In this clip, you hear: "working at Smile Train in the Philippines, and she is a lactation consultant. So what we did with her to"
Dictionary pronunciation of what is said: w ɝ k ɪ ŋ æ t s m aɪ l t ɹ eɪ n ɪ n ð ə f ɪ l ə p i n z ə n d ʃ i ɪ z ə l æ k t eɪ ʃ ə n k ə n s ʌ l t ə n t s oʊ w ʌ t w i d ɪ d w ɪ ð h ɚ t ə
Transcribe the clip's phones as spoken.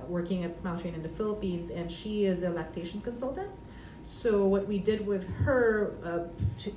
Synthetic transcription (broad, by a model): w ɝ k ɪ ŋ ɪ t s m aɪ l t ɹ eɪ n ɪ n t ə f ɪ l ə p i n z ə n ʃ i ɪ z ə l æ k t eɪ ʃ n k ə n s ʌ l t ə n t s oʊ w ʌ t w i d ɪ d w ɪ ð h ɚ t